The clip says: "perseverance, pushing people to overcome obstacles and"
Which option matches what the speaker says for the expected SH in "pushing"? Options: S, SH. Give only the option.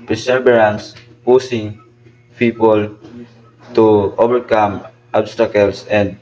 S